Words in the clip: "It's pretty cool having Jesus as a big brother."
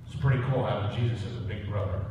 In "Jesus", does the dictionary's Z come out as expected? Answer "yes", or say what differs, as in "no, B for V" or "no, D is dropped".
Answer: yes